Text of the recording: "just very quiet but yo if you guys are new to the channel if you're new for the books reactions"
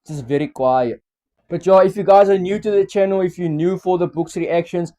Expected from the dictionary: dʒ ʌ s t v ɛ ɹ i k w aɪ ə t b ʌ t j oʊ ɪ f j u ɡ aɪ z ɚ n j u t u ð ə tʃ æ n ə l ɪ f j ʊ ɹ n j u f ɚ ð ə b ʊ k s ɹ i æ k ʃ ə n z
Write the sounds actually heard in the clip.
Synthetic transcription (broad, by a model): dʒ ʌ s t v ɛ ɹ i k w aɪ ə t b ʌ t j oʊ ɪ f j u ɡ aɪ z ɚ n j u t u ð ə tʃ æ n ə l ɪ f j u n j u f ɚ ð ə b ʊ k s ɹ i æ k ʃ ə n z